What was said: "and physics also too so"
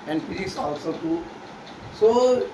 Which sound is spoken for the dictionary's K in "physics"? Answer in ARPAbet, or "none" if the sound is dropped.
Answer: none